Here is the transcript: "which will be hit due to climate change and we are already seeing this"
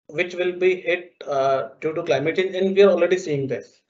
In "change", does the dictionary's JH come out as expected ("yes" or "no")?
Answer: no